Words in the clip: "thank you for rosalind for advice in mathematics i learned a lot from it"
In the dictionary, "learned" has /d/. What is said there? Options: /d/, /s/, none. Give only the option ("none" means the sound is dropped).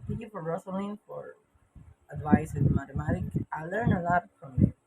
none